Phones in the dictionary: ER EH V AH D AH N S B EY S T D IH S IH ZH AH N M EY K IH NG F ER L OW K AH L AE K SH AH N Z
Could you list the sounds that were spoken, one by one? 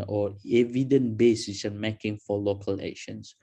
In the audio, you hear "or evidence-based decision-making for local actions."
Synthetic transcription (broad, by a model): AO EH V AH D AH N B EY S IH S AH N M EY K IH NG F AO L OW K AH L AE K SH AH N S